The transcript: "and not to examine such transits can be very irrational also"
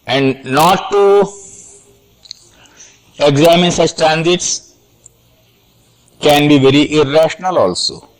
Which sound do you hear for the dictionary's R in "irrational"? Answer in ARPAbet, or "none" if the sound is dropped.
R